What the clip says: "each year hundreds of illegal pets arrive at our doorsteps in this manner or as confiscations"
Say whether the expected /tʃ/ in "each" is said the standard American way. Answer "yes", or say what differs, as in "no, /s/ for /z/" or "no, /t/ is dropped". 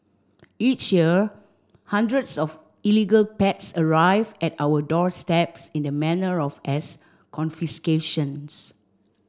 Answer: yes